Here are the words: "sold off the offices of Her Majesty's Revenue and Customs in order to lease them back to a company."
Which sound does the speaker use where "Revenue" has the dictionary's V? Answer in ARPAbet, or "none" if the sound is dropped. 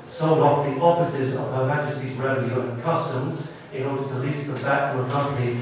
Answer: none